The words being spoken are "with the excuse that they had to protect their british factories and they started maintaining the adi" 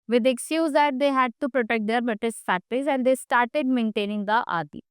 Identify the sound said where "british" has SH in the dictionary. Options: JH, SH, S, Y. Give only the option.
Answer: S